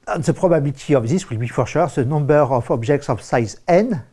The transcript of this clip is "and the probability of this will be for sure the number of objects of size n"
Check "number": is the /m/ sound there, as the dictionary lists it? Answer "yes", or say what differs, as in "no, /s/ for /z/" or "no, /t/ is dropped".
no, /m/ is dropped